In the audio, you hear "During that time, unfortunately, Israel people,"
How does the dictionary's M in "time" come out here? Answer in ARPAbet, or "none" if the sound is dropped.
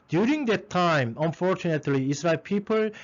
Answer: M